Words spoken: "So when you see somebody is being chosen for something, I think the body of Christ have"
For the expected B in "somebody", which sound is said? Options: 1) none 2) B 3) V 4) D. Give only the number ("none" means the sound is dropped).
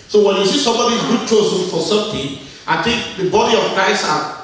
2